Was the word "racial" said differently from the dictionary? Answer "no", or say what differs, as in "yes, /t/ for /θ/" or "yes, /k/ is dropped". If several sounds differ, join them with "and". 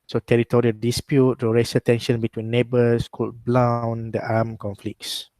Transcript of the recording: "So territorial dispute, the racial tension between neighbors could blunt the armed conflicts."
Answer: yes, /s/ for /ʃ/